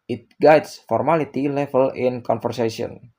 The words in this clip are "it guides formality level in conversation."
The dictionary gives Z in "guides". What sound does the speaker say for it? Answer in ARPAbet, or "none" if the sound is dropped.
S